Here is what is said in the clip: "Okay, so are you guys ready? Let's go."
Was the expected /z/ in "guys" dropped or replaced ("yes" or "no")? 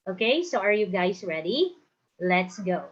yes